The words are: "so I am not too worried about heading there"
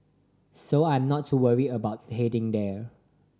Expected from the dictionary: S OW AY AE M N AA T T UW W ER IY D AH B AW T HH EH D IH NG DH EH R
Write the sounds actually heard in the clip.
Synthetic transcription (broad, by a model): S OW AY M N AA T T UW W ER IY AH B AW T HH EH D IH NG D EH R